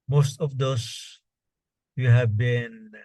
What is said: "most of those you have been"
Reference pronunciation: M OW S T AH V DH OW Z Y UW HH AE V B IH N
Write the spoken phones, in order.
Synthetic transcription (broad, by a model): M OW S T AH V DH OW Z Y UW HH AE V B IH N